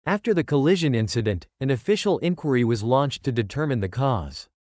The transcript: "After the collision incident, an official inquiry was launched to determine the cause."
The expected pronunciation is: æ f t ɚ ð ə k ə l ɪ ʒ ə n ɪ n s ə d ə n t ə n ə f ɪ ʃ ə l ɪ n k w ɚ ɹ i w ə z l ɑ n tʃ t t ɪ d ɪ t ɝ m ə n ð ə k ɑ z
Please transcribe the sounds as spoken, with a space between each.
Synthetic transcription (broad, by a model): æ f t ɚ ð ə k ə l ɪ ʒ ə n ɪ n s ə d ə n t ə n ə f ɪ ʃ l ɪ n k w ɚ ɹ i w ə z l ɑ n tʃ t t ɪ d ɪ t ɝ m ə n ð ə k ɑ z